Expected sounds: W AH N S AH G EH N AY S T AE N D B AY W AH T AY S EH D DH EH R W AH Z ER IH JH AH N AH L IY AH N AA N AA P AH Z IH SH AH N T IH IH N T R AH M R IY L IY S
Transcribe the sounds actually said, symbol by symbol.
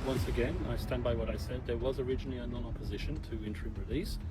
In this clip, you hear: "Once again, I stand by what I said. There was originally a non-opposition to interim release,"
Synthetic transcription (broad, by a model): W AH N S AH G EH N AY S T AE N D B AY W AH T AY S EH D DH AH R W AH Z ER IH JH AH N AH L IY AH N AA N AA P AH Z IH SH AH N T IH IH N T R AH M R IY L IY S